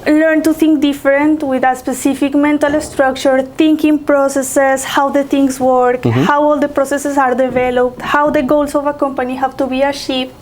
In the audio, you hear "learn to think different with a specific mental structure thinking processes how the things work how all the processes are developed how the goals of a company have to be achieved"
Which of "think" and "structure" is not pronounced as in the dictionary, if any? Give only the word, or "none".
think